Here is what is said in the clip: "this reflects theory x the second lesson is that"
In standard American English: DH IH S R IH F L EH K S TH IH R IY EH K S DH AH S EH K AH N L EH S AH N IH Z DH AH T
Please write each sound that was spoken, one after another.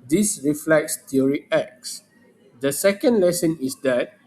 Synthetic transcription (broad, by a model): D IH S R IH F L EH K S T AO R IY EH K S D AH S EH K AH N L EH S AH N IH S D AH T